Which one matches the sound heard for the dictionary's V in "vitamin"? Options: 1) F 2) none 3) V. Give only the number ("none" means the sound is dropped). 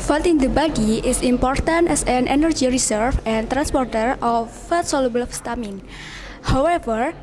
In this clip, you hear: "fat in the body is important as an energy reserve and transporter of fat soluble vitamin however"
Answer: 1